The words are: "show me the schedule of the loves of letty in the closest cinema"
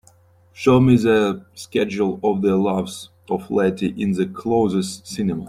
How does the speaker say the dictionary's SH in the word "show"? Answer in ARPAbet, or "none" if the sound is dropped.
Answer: SH